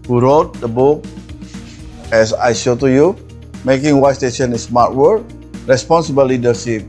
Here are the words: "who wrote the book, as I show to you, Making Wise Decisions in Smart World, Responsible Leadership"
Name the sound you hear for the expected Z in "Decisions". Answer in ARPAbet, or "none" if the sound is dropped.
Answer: none